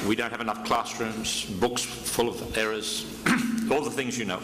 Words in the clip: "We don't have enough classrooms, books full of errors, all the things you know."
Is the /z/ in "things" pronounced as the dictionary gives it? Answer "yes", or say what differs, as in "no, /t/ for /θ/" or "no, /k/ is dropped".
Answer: yes